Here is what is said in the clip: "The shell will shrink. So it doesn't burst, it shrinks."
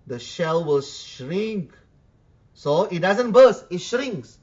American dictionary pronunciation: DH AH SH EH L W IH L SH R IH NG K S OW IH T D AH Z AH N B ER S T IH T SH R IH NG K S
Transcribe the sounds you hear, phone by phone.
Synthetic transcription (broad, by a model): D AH SH EH L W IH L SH R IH NG K S OW IH T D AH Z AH N B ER S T IH T SH R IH NG K S